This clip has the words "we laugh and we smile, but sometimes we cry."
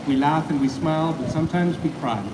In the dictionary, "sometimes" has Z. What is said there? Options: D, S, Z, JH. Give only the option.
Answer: Z